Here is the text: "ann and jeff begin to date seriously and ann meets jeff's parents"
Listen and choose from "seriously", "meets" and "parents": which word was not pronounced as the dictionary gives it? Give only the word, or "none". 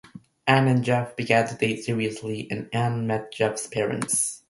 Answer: meets